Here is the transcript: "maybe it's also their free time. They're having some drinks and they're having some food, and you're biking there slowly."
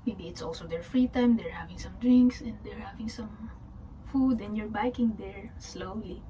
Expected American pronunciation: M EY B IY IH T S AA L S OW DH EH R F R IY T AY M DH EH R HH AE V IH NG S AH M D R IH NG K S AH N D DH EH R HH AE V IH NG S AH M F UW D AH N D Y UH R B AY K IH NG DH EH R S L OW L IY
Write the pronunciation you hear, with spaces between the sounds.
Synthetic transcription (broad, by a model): M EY B IY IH T S AA L S OW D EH R F R IY T AY M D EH R HH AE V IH NG S AH M D R IH NG K S AH N D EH R HH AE V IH NG S AH M F UW D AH N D Y UH R B AY K IH NG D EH R S L OW L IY